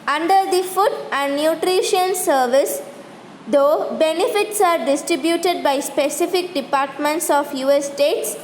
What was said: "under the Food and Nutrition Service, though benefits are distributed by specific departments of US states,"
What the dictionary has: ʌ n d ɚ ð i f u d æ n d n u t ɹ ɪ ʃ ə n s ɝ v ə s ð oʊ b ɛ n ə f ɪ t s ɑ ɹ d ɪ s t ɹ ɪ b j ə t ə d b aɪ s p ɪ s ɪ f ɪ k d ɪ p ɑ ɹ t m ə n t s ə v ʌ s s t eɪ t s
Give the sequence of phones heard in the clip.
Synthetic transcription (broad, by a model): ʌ n d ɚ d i f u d æ n d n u t ɹ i ʃ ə n s ɝ v ə s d oʊ b ɛ n ə f ɪ t s ɑ ɹ d ɪ s t ɹ ɪ b j ə t ə d b aɪ s p ɪ s ɪ f ɪ k d ɪ p ɑ ɹ t m ə n t s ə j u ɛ s t eɪ t s